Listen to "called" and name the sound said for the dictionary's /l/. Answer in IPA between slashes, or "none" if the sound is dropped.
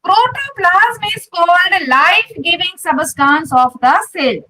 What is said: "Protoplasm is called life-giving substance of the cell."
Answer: /n/